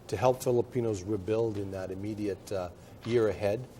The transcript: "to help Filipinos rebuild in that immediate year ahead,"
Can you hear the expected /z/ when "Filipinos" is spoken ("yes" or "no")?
yes